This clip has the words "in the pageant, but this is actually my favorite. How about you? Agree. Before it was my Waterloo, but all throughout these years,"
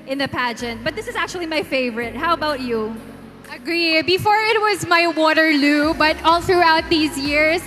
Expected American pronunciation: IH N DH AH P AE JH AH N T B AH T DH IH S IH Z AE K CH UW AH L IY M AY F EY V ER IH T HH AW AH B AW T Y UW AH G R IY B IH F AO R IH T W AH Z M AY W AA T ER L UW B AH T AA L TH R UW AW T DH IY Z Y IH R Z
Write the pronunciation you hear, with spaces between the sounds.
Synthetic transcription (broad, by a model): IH N DH AH P AE JH AH N T B AH T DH IH S IH Z AE K CH UW AH L IY M AY F EY V ER IH T HH AW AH B AW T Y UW AH G R IY B IH F AO R IH T W AH Z M AY W AA T ER L UW B AH T AA L TH R UW AW T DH IY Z Y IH R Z